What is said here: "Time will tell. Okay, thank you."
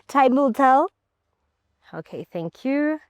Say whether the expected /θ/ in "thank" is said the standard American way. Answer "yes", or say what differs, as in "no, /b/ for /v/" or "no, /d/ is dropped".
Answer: yes